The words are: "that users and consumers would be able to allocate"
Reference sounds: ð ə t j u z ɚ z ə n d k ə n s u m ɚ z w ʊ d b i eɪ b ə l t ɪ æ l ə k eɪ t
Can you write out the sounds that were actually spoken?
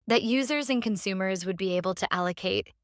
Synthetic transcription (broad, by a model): ð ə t j u z ɚ z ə n k ə n s u m ɚ z w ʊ d b i eɪ b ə l t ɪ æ l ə k eɪ t